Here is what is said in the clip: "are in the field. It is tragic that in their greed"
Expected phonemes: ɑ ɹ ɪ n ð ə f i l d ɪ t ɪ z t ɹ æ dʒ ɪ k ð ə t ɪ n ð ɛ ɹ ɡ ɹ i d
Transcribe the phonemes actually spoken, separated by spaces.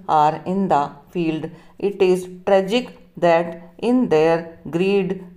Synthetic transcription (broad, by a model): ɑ ɹ ɪ n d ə f i l d ɪ t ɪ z t ɹ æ dʒ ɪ k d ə t ɪ n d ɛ ɹ ɡ ɹ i d